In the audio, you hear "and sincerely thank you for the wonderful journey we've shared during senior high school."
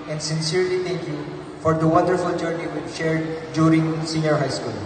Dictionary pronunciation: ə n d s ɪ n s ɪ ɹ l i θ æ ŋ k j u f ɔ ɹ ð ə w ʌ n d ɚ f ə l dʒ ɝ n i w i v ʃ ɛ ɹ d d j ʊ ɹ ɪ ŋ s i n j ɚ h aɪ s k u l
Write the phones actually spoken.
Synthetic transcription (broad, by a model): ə n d s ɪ n s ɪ ɹ l i t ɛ ŋ k j u f ɔ ɹ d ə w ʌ n d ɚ f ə l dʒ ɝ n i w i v ʃ ɛ ɹ d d j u ɹ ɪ ŋ s i n j ɚ h aɪ s k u l